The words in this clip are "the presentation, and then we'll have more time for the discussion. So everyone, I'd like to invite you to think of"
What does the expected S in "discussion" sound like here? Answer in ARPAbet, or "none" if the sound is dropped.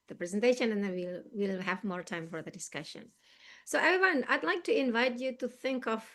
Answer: S